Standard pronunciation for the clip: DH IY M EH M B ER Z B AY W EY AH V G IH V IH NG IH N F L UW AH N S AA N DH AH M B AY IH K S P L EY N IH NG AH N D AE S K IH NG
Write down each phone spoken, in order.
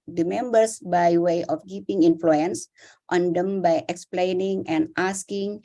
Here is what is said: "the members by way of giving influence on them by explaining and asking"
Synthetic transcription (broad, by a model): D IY M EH M B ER S B AY W EY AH F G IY P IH NG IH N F L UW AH N S AA N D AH M B AY IH K S P L EY N IH NG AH N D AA S K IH NG